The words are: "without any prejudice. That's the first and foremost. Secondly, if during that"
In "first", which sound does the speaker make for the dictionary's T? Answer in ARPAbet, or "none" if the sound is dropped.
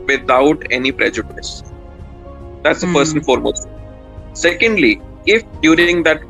none